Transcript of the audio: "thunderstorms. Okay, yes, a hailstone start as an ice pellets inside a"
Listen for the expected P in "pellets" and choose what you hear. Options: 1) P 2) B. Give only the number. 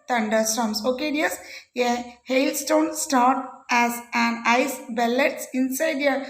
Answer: 2